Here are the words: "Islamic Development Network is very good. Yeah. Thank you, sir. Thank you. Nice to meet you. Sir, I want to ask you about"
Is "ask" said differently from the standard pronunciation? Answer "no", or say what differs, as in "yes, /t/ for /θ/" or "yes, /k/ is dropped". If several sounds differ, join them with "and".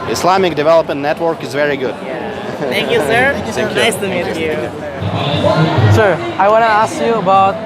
no